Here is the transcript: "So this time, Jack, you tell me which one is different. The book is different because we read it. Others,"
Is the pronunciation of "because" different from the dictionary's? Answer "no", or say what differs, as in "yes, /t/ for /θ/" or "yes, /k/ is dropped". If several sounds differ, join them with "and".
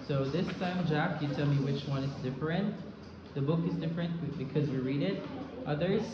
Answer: no